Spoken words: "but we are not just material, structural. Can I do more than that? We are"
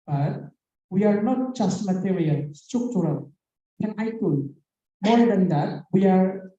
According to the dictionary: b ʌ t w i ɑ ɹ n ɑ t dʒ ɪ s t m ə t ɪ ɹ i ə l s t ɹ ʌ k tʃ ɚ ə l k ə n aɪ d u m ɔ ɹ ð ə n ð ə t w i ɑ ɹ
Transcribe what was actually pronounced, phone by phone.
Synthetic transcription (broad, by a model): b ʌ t w i ɑ ɹ n ɑ t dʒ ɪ s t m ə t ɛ w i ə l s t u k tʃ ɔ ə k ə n aɪ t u m ɔ ɹ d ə n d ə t w i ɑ ɹ